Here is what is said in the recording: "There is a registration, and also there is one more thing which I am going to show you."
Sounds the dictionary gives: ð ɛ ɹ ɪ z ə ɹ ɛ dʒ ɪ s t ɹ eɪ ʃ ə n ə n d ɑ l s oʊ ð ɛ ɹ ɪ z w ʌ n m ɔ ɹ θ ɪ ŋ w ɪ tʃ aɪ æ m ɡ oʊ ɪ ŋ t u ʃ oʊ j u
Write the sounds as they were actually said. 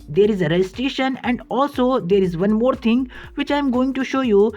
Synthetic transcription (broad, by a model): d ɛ ɹ ɪ z ə ɹ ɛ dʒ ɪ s t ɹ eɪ ʃ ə n ə n d ɑ l s oʊ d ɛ ɹ ɪ z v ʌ n m ɔ ɹ t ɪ ŋ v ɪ tʃ aɪ m ɡ oʊ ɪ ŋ t u ʃ oʊ j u